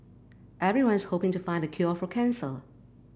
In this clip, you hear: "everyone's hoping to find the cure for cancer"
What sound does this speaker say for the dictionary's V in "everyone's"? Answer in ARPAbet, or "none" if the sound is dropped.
V